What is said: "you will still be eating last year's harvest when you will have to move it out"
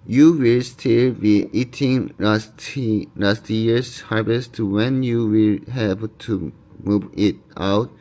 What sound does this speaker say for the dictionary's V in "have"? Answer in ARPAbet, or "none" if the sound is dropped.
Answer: B